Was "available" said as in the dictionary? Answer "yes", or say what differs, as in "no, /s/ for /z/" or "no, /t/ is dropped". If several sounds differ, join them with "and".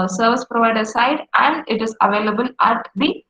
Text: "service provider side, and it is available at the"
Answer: yes